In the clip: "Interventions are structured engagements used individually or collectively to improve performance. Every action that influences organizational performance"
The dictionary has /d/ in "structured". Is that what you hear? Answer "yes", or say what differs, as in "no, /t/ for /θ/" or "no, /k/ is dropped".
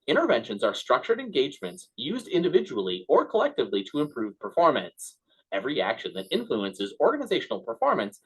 yes